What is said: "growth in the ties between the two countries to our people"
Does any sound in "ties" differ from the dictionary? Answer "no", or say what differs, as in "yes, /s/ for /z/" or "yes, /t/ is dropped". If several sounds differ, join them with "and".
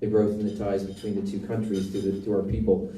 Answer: no